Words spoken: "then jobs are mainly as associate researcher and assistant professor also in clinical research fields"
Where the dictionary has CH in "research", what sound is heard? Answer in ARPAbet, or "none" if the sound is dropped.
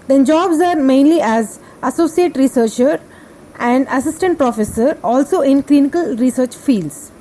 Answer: CH